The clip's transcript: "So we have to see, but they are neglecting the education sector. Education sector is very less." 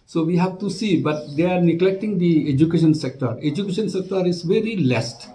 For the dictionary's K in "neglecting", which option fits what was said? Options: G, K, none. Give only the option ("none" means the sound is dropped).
K